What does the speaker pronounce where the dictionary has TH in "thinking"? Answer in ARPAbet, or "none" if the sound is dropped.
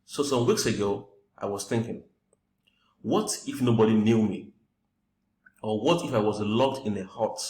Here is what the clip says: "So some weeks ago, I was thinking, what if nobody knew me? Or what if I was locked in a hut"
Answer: TH